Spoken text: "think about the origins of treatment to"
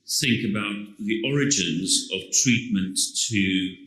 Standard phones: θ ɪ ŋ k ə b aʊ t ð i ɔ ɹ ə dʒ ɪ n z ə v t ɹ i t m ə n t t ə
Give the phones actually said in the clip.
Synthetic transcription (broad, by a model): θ ɪ ŋ k ə b aʊ t ð i ɔ ɹ ə dʒ ɪ n z ə v t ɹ i t m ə n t t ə